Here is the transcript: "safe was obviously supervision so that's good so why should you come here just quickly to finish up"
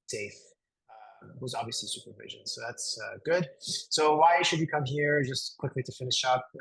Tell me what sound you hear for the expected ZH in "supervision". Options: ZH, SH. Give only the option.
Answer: ZH